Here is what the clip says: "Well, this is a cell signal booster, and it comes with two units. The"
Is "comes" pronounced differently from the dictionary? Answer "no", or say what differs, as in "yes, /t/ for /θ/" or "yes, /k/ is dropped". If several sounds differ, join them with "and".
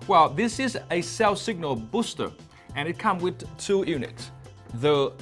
yes, /z/ is dropped